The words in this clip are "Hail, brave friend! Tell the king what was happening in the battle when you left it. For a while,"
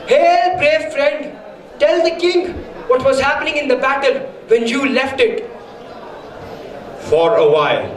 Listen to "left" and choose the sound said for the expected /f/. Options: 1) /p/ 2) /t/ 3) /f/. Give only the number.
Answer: 3